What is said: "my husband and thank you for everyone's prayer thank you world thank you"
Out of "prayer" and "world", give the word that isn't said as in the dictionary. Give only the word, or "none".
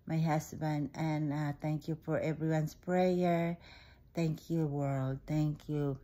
none